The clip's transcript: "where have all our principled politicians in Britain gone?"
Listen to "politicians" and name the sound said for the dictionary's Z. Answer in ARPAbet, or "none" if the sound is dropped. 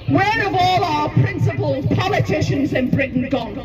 Z